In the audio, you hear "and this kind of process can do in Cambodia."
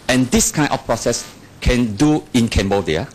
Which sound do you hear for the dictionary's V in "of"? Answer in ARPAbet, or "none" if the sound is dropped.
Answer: F